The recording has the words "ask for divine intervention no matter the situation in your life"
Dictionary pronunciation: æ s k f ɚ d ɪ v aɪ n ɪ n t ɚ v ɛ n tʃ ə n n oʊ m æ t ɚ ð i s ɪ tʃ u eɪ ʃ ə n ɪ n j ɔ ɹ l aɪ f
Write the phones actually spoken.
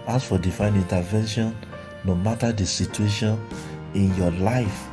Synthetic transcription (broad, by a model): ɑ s f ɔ d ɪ f aɪ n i n t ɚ v ɛ n ʃ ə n n oʊ m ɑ t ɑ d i s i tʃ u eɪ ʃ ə n ɪ n j ɔ l aɪ f